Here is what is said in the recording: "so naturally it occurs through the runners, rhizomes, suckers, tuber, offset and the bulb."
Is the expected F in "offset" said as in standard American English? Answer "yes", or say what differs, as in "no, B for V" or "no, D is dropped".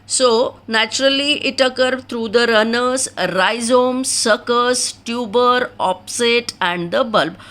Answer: no, P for F